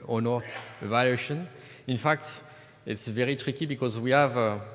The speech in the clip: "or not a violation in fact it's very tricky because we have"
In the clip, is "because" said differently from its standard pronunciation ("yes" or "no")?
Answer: no